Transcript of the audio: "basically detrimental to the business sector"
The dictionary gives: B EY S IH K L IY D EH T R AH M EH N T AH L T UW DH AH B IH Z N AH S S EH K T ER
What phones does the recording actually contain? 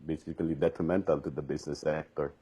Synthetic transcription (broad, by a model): B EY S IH K L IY D EH T R AH M EH N T AH L T UW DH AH B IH S N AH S S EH K T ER